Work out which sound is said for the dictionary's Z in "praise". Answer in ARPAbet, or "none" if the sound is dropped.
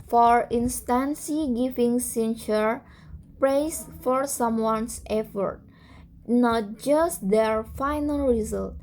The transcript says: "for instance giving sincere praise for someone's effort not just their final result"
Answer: S